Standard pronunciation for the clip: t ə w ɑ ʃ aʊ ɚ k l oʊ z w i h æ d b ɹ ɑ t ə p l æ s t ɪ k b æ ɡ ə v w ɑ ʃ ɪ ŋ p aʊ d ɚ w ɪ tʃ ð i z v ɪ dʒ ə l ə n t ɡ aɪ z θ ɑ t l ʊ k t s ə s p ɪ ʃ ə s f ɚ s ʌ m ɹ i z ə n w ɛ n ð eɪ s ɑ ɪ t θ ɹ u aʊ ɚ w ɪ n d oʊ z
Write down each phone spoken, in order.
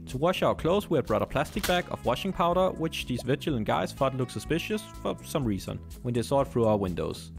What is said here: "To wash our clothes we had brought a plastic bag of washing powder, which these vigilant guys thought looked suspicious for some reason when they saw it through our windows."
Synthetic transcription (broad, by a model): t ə w ɑ ʃ aʊ ɚ k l oʊ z w i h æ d b ɹ ɑ t ə p l æ s t ɪ k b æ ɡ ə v w ɑ ʃ ɪ ŋ p aʊ d ɚ w ɪ tʃ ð i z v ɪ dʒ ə l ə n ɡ aɪ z f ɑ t l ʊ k s ə s p ɪ ʃ ə s f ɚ s ʌ m ɹ i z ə n w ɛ n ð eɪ s ɑ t θ ɹ u aʊ ɚ w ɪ n d oʊ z